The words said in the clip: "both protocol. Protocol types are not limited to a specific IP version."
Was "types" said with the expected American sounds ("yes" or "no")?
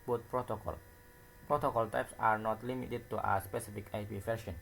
yes